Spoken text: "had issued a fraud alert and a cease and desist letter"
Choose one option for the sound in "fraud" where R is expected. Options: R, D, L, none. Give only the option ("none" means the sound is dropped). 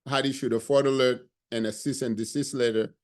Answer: none